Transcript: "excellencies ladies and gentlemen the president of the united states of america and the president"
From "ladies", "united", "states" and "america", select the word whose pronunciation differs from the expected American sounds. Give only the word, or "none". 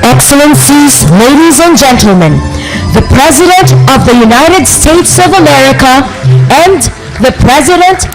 none